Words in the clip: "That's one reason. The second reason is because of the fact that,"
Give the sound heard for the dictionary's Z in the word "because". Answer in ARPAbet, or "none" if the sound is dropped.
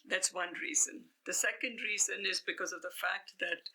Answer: Z